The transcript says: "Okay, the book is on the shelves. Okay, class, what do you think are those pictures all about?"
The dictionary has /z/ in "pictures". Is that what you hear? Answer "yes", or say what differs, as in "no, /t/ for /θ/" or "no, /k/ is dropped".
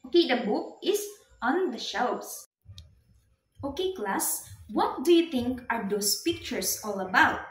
no, /s/ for /z/